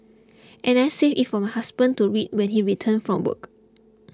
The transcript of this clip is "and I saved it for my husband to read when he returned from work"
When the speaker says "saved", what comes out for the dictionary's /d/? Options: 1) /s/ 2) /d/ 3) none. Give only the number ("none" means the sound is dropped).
3